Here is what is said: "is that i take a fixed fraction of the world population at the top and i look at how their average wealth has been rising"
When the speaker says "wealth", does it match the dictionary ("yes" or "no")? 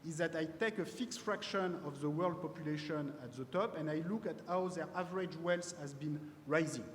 no